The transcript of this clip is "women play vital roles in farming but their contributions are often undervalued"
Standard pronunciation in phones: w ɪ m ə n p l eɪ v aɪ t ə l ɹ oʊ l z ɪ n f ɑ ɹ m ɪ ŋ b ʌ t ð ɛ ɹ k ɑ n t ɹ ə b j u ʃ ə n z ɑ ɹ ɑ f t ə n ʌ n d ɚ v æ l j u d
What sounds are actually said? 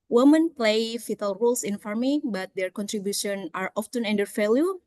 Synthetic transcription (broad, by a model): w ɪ m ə n p l eɪ f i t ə l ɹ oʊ l s ɪ n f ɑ ɹ m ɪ b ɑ t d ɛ ɹ k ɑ n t ɹ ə b j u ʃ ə n ɑ ɹ ɑ f t ə n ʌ n d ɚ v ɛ l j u